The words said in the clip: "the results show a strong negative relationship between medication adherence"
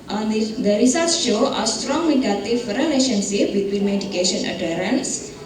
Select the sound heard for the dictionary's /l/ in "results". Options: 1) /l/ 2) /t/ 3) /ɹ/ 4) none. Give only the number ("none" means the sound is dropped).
4